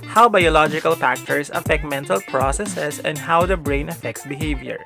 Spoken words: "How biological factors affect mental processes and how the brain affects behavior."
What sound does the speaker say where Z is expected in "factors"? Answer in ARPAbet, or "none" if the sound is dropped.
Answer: S